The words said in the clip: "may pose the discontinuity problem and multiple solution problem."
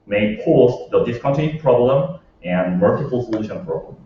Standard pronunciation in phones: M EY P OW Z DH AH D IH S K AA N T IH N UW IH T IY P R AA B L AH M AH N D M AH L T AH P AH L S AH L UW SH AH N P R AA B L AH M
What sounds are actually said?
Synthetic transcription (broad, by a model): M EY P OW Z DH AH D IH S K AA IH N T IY P R AA B L AH M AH N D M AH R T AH F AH L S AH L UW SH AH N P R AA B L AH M